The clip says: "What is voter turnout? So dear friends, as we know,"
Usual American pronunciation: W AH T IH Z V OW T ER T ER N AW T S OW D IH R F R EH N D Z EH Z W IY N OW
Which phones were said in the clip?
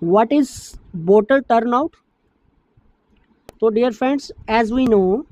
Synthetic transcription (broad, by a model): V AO T IH Z B OW T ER T ER N AW T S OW D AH R F R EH N D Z EH Z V IY N OW